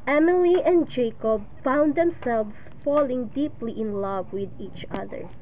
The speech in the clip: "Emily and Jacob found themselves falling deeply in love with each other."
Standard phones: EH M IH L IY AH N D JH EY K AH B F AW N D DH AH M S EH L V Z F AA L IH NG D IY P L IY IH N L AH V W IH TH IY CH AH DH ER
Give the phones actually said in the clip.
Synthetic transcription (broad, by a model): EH M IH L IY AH N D JH EY K AH B F AW N D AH M S EH L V S F AA L IH NG D IY P L IY IH N L AH V W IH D IY CH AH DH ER